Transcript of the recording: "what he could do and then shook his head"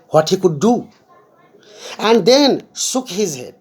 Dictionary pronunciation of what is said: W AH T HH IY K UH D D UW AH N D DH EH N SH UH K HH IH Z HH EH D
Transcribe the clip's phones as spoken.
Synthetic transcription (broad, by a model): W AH T HH IY K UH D D UW AH N D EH N S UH K HH IH Z HH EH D